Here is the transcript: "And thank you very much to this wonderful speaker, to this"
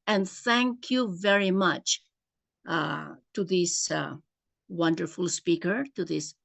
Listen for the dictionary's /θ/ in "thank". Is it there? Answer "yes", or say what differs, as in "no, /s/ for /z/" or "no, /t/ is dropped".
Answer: yes